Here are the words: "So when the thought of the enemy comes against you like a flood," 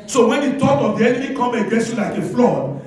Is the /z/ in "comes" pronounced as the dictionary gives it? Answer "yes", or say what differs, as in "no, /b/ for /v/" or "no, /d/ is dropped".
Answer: no, /z/ is dropped